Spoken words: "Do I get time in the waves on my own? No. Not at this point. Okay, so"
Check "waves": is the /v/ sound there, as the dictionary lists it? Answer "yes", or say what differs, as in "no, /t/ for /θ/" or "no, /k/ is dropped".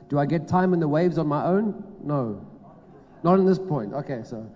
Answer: yes